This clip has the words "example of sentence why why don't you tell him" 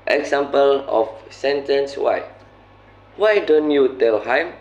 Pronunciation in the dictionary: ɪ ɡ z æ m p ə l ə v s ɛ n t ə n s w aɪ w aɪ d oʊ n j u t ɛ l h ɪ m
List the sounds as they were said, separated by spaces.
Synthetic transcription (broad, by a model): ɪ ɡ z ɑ m p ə l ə f s ɛ n t ə n s w aɪ w aɪ d oʊ n j u t ɛ l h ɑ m